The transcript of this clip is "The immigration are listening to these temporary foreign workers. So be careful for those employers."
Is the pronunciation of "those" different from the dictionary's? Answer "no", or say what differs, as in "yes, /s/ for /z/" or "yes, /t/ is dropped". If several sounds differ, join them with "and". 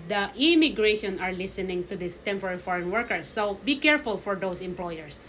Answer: yes, /s/ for /z/